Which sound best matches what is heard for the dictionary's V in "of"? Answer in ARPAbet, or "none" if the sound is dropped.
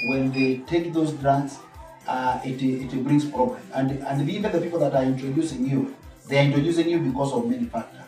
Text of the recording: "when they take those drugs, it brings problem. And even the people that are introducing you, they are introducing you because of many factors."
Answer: V